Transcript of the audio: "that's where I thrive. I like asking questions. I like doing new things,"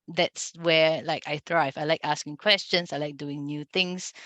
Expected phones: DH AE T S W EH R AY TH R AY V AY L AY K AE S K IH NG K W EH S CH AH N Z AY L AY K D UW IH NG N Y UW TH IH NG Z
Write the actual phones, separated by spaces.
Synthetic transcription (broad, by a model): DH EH T S W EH L AY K R AY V AY L AY K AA S K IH NG K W EH S CH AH N S AY L AY K D UW IH NG N Y UW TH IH NG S